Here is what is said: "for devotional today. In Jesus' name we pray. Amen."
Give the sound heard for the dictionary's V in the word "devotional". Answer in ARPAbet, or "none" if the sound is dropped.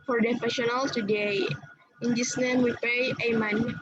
F